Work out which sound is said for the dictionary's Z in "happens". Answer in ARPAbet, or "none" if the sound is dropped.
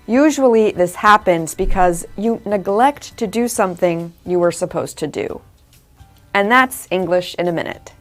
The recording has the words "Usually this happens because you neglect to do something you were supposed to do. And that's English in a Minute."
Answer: Z